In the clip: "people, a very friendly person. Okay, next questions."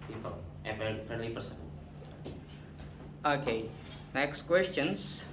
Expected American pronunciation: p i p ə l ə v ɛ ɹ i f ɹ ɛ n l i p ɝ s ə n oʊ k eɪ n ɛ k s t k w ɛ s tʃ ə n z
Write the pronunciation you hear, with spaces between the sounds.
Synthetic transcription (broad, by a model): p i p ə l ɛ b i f ɛ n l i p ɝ s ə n oʊ k eɪ n ɛ k s t k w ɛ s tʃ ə n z